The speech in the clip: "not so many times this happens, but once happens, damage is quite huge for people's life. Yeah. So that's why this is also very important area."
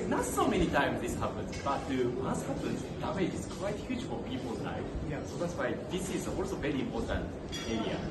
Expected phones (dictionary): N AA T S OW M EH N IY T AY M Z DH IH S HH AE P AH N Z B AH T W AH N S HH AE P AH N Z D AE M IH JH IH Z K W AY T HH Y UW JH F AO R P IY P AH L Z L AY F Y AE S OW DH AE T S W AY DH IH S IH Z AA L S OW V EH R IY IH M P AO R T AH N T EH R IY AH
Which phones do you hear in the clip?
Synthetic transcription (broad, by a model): N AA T S OW M EH N IY T AY M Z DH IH S HH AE P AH N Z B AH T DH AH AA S HH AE P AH N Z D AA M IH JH IH Z K W AY T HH Y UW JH F AO R P IY P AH L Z N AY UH S OW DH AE T S W AY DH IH S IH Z AA L S OW V EH R IY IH M P AO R T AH N T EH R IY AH